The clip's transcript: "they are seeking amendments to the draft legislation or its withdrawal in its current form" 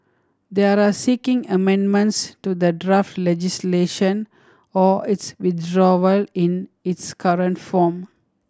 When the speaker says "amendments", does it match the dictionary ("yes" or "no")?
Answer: yes